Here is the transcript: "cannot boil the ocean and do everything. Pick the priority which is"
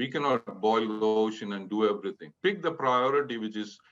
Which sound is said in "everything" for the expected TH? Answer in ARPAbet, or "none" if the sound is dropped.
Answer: T